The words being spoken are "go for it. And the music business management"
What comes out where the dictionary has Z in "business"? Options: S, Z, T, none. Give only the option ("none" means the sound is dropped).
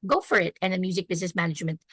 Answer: Z